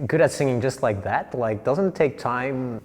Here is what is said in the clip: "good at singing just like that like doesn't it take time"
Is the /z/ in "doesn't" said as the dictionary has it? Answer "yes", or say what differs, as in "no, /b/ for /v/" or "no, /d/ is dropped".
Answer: yes